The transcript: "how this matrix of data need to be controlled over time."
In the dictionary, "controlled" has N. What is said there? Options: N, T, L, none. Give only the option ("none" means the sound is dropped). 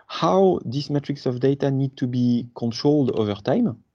N